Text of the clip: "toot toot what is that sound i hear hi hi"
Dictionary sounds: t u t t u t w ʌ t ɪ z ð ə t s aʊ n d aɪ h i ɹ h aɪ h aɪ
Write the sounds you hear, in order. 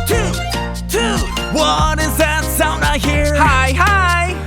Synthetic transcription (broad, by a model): t u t t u w ʌ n ɪ z ð ə t s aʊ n aɪ h i ɹ h aɪ h aɪ